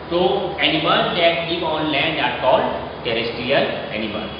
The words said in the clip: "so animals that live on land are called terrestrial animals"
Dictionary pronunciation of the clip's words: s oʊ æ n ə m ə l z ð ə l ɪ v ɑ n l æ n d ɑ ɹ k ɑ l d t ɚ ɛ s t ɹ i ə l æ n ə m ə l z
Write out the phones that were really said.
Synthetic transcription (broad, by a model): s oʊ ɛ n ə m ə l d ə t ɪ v ɑ n l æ n d ɑ ɹ k ɑ l d t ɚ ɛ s t ɹ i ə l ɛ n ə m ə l